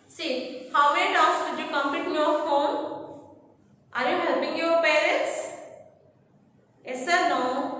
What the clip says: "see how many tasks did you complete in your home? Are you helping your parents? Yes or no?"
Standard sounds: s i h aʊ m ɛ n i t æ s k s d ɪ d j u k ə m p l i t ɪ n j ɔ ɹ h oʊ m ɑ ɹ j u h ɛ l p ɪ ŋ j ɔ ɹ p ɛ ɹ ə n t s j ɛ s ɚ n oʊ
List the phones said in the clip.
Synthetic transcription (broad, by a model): s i h aʊ m ɛ n i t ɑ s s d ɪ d j u k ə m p i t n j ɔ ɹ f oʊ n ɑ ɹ j u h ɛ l b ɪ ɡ j ɔ ɹ p ɛ ɹ ə n t s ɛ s ɚ n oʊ